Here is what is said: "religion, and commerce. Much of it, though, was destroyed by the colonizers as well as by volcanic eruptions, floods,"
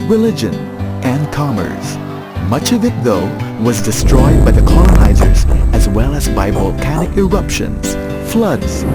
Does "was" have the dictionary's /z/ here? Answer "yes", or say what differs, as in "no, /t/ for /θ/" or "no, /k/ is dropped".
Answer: yes